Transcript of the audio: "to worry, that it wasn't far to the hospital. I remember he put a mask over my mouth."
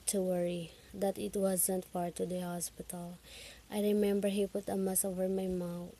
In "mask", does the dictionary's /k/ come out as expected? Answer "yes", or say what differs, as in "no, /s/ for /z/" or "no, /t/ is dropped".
no, /k/ is dropped